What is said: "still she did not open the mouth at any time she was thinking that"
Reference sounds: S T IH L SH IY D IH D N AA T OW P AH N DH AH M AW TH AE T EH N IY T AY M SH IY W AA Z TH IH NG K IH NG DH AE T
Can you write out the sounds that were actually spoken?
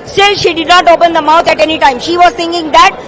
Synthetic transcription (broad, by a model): S T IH L SH IY D IH D N AA T OW P AH N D AH M AW T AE T EH N IY T AY M SH IY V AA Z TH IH NG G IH NG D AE T